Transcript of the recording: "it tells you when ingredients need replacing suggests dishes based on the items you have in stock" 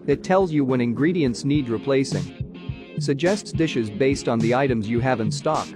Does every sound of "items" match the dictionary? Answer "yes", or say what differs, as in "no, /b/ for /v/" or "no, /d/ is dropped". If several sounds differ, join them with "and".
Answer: yes